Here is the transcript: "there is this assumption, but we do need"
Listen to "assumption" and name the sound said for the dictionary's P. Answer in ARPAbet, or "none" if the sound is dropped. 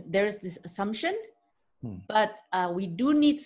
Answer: P